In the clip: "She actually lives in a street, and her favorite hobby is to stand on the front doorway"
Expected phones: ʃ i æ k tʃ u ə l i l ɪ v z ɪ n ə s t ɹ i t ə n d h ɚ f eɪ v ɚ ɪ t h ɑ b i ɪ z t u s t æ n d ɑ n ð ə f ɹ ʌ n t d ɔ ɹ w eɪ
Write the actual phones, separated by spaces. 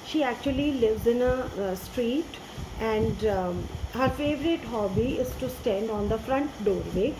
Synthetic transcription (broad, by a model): ʃ i æ k tʃ u ə l i l ɪ v z ɪ n ə s t ɹ i t ə n d h ɚ f eɪ v ɚ ɪ t h ɑ b i ɪ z t u s t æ n d ɑ n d ə f ɹ ʌ n t d ɔ ɹ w eɪ